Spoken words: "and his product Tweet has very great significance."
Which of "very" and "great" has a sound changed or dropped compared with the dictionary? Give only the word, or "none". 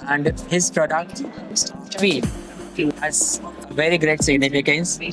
none